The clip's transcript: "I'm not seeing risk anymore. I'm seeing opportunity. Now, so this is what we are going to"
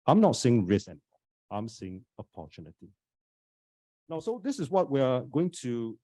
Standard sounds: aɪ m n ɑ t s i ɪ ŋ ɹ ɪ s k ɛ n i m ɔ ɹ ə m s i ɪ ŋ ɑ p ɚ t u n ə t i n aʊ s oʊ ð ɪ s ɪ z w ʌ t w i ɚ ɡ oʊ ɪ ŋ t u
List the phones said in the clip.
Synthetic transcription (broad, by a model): aɪ m n ɑ t s i ɪ ŋ ɹ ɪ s ɛ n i ɑ ə m s i ɪ ŋ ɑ p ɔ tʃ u n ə t i n aʊ s oʊ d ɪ s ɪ s w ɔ t w i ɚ ɡ oʊ ɪ ŋ t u